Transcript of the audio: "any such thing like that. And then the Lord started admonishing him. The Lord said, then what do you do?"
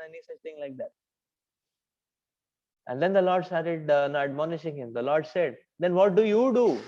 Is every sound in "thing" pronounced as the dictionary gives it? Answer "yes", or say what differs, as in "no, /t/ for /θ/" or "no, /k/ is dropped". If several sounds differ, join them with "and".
no, /t/ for /θ/